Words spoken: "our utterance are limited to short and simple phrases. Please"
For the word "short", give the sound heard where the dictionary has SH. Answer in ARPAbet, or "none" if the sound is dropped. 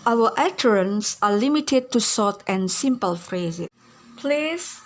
S